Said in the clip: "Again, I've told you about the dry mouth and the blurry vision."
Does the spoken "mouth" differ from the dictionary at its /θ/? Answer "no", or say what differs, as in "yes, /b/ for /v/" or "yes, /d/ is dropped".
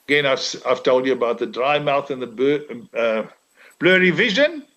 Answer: no